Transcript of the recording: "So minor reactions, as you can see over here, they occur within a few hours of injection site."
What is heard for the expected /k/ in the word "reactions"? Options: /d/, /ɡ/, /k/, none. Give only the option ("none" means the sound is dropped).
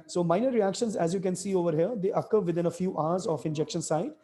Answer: /k/